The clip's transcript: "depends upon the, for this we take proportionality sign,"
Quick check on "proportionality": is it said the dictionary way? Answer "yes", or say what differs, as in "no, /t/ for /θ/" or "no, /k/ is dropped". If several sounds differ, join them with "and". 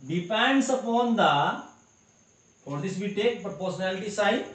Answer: no, /ɹ/ is dropped and /s/ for /ʃ/